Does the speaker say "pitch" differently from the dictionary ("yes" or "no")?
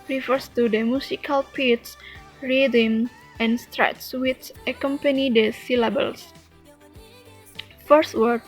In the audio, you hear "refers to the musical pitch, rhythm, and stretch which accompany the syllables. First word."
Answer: yes